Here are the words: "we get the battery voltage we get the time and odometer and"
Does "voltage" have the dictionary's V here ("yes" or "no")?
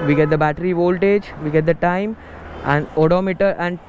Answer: yes